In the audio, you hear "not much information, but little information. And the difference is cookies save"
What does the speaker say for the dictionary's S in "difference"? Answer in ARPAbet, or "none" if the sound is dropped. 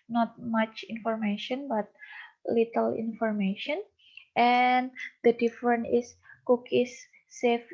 none